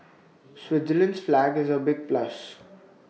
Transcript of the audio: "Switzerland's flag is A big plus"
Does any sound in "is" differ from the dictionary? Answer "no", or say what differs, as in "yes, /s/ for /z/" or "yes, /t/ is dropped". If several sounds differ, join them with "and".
no